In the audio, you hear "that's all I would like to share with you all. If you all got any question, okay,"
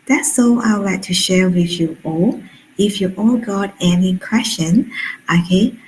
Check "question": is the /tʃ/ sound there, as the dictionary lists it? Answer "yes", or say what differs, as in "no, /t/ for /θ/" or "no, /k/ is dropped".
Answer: no, /ʃ/ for /tʃ/